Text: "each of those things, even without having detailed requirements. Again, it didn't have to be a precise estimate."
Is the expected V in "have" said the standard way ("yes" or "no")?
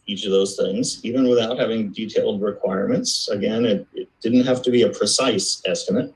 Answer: no